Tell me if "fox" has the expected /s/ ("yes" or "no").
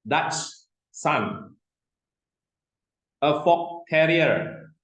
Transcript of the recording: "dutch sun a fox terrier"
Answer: no